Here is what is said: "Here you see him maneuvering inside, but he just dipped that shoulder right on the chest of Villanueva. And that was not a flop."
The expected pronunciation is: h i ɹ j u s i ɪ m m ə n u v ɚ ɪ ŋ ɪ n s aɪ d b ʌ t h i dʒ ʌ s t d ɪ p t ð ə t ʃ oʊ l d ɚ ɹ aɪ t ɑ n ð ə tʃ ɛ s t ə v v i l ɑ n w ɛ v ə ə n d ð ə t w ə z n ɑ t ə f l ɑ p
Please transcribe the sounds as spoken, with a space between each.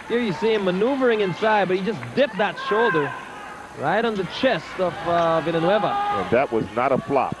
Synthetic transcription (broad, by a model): h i ɹ j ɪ s i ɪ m m ə n u v ɚ ɪ ŋ ɪ n s aɪ d b ʌ t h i dʒ ʌ s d ɪ p ð ə t ʃ oʊ l d ɚ ɹ aɪ t n ð ə tʃ ɛ s t ə v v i n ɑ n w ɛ v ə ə n ð ə t w ə z n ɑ t ə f l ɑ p